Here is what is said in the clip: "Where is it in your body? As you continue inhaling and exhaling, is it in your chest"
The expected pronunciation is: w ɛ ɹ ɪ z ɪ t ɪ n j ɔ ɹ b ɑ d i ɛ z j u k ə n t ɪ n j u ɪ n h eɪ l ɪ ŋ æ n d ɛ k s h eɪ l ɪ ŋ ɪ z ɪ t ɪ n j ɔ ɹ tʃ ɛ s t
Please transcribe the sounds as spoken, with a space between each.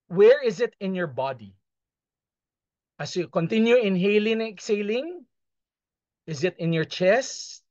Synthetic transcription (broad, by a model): w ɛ ɹ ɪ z ɪ t ɪ n j ɔ ɹ b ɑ d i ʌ s j u k ə n t ɪ n j u ɪ n h eɪ l ɪ ŋ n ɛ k s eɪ l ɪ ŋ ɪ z ɪ t ɪ n j ɔ ɹ tʃ ɛ s t